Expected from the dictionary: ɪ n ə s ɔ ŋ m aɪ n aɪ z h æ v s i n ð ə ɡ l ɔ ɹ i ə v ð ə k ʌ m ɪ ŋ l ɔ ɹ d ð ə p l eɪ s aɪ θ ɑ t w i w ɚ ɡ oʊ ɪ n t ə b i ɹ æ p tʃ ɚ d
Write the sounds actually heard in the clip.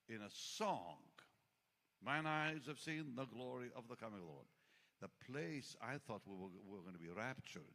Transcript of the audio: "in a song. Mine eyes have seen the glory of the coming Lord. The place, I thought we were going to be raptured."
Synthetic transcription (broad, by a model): ɪ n ə s ɔ ŋ m aɪ n aɪ z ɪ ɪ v s i n ð ə ɡ l ɔ ɹ i ə v ð ə k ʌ m ɪ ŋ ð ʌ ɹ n ð ə p l eɪ s aɪ θ ɑ t w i w ɚ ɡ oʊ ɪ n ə b i ɹ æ p tʃ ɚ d